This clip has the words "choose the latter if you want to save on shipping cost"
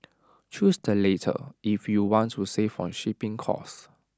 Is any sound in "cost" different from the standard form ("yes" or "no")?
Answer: yes